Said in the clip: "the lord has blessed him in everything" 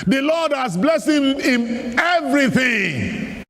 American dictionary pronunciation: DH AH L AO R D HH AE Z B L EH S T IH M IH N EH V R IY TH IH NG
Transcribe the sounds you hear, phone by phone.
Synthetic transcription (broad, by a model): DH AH L AO D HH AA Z B L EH S IH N IH N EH V R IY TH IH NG